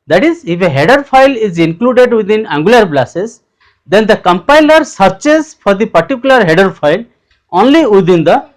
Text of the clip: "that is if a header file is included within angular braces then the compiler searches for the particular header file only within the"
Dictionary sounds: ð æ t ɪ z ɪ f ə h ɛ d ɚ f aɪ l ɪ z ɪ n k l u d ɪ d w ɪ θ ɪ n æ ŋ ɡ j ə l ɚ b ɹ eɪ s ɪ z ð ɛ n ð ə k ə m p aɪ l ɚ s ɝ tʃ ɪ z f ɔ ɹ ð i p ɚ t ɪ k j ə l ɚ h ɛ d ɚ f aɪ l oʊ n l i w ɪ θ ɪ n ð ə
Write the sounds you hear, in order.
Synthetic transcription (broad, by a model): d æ t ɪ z ɪ f ə h ɛ d ɚ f aɪ l ɪ z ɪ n k l u d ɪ d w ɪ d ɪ n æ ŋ ɡ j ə l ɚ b l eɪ s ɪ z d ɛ n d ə k ə m p aɪ l ɚ s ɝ tʃ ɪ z f ɔ ɹ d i p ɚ t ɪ k j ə l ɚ h ɛ d ɚ f aɪ l oʊ n l i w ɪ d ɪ n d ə